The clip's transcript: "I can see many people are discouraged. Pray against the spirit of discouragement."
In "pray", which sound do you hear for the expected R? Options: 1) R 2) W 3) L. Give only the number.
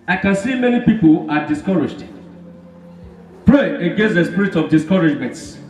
3